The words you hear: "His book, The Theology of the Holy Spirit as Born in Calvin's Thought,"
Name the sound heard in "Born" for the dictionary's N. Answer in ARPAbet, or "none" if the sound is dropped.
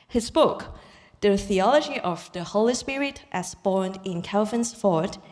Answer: N